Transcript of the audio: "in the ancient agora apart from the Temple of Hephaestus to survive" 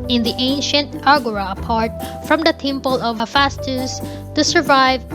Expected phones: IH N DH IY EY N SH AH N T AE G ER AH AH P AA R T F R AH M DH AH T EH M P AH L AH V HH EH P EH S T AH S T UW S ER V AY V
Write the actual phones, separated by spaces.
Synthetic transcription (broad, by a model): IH N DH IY EY N SH AH N T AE G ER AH AH P AA R T F R AH M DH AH T EH M P AH L AH V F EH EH S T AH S T UW S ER V AY V